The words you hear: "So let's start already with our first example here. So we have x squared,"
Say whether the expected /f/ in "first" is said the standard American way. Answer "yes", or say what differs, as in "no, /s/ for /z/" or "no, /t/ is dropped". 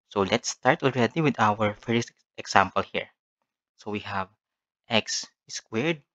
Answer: yes